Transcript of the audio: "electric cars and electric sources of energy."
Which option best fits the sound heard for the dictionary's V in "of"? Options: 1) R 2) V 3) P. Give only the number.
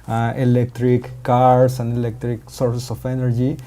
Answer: 3